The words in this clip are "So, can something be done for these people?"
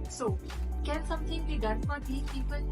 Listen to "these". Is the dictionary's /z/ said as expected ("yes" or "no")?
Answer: no